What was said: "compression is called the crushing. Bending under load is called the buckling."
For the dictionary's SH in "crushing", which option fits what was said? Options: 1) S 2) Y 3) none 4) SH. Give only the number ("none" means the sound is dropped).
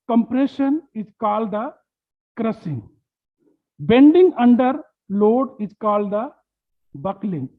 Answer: 1